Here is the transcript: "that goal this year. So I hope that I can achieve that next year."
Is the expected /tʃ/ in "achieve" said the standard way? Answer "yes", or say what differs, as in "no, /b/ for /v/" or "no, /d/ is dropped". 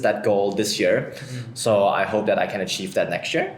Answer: yes